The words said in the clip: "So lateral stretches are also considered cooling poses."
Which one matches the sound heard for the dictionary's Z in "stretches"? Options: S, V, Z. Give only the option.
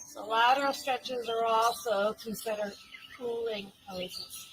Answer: Z